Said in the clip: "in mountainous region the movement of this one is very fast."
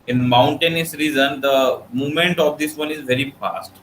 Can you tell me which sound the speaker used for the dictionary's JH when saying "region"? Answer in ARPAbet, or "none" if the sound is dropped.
Z